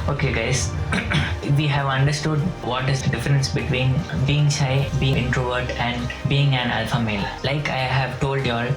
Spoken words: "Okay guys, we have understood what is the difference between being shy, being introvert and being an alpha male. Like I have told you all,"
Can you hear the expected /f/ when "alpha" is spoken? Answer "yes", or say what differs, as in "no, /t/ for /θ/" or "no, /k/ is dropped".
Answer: yes